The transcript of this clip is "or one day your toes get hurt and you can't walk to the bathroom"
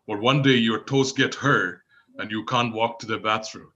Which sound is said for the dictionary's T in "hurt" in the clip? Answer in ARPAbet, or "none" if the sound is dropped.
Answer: none